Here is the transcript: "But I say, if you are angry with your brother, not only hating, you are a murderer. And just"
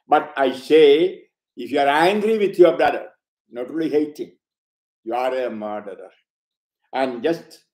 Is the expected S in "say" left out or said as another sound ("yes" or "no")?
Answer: no